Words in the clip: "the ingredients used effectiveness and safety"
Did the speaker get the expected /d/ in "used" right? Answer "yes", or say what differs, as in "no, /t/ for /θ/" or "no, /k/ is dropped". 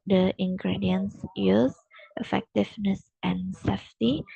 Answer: no, /d/ is dropped